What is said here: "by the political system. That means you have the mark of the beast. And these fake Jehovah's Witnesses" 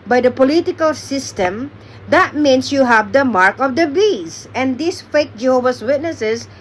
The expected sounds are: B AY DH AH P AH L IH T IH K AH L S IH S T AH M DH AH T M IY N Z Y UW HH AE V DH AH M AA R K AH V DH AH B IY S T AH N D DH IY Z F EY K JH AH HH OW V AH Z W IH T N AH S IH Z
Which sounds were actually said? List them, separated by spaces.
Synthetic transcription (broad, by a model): B AY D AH P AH L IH T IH K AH L S IH S T AH M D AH T M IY N S Y UW HH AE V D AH M AA R K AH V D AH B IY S AH N D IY S F EY K JH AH HH OW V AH S W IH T N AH S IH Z